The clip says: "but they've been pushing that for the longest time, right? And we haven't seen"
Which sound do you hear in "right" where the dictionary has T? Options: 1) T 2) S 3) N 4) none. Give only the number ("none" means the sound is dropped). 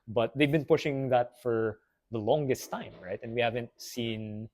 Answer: 1